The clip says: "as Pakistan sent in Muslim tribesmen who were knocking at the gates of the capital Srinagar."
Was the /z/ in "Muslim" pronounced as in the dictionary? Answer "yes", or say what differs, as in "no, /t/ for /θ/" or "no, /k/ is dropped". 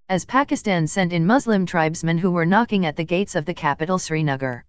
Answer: yes